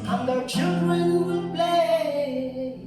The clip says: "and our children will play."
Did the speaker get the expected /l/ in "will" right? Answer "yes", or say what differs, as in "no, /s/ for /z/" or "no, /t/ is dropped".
no, /n/ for /l/